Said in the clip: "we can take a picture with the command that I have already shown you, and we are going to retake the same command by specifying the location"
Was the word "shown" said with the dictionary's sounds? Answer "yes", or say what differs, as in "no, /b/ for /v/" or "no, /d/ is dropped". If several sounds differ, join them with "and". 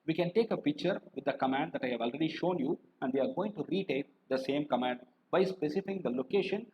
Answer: yes